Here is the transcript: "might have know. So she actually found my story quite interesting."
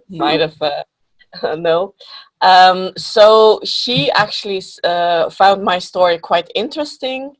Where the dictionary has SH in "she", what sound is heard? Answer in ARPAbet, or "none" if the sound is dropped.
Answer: SH